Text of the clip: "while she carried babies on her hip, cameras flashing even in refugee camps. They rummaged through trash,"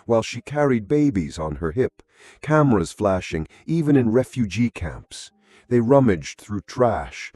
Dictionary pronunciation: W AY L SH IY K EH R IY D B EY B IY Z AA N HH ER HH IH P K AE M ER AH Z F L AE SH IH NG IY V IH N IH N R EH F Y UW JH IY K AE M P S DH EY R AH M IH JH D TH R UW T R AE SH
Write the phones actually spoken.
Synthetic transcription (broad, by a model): W AY L SH IY K EH R IY D B EY B IY Z N ER HH IH P K AE M ER AH Z F L AE SH IH NG IY V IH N IH N R EH F Y UW JH IY K AE M P S DH EY R AH M IH JH TH R UW T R AE SH